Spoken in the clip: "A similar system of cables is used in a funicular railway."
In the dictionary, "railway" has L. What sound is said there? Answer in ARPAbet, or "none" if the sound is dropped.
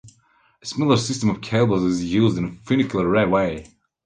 none